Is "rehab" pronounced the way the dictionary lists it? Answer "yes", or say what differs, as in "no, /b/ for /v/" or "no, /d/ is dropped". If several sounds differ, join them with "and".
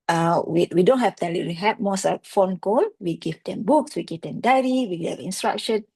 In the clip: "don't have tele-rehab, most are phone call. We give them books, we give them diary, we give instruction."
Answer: no, /w/ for /ɹ/